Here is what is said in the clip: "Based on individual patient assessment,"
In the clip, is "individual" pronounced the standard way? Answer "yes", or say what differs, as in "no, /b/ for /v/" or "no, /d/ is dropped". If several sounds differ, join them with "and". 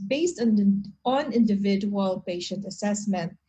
yes